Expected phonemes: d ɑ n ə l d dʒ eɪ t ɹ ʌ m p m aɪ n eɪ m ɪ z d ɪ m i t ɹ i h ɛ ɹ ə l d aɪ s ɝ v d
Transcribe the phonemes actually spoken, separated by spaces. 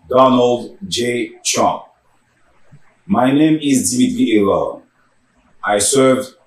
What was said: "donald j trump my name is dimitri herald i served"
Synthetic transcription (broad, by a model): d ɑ n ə l d dʒ eɪ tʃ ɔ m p m aɪ n eɪ m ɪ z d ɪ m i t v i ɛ l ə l aɪ s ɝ v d